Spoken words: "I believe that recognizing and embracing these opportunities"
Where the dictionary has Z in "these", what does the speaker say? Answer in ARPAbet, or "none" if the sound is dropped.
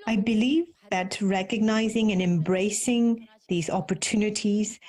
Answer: Z